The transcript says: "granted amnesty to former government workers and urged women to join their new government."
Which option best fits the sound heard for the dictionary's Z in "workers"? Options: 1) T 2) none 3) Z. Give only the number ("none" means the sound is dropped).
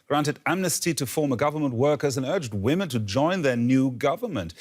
3